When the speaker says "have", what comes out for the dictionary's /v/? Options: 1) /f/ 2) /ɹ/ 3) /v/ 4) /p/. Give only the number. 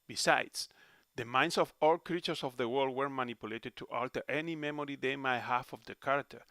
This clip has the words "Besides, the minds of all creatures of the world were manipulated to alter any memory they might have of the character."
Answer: 1